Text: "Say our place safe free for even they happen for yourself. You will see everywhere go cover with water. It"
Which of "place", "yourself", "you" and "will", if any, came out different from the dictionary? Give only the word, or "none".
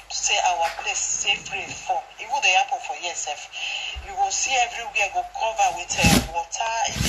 yourself